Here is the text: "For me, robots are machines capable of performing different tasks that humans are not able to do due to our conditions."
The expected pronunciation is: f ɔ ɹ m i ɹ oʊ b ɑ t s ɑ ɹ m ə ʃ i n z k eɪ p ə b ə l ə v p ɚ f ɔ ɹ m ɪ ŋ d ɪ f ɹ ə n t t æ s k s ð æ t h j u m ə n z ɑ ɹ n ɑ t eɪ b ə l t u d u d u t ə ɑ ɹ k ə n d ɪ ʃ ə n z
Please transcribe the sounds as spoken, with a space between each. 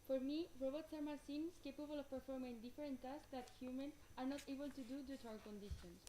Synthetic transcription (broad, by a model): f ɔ ɹ m i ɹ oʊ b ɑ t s ɑ ɹ m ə s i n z k eɪ p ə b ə l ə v p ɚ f ɔ ɹ m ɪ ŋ d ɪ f ɹ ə n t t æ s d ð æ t h j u m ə n ɑ ɹ n ɑ t eɪ b ə l t u d u d u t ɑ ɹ k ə n d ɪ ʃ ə n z